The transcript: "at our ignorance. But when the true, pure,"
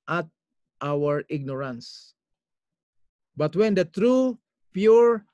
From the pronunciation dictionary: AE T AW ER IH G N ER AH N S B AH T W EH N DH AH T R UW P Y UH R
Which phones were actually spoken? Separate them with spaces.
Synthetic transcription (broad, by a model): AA T AW ER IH G N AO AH N S B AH T W EH N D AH T R UW P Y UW R